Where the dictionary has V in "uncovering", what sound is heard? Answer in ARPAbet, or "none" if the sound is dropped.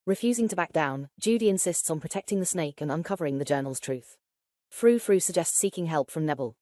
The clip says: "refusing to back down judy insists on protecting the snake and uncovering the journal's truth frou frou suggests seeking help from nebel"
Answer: V